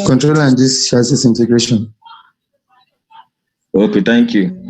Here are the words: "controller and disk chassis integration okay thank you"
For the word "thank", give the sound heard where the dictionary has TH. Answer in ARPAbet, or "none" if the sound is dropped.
T